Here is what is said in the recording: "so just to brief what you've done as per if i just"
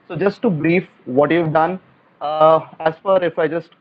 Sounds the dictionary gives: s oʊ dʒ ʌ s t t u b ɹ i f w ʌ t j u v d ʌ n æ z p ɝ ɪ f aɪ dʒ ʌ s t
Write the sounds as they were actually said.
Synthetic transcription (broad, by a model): s oʊ dʒ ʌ s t t u b ɹ i f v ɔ t j u v d ʌ n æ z f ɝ ɪ f aɪ dʒ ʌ s t